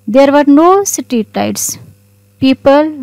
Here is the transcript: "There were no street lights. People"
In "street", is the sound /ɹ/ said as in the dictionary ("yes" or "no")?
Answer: no